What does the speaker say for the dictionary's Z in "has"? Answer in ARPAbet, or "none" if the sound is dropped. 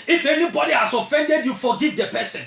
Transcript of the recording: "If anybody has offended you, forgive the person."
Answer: S